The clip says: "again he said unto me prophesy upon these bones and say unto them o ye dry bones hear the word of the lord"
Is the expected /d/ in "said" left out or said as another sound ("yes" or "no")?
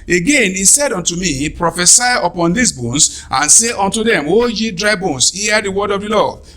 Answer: no